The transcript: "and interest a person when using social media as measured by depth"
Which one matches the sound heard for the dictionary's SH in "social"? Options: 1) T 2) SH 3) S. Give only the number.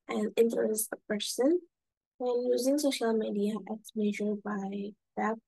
2